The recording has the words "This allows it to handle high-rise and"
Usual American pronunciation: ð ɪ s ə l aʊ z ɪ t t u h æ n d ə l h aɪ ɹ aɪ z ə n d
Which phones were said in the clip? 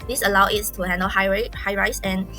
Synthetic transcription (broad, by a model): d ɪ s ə l aʊ ɪ t t u h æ n d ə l h aɪ ɹ aɪ s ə n